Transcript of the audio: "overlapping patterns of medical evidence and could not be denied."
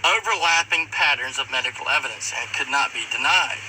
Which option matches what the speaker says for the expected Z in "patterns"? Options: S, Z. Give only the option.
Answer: Z